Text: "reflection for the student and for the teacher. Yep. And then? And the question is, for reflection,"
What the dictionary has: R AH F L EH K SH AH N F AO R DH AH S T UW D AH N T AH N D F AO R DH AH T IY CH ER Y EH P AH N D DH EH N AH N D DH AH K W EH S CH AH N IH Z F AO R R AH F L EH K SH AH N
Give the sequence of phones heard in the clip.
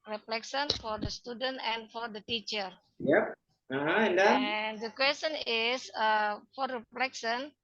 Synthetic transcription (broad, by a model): R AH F L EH K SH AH N F AO R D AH S T UW D AH N T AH N F AO R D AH T IY CH ER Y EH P AH N D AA AH N D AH K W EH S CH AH N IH S F AO R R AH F L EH K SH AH N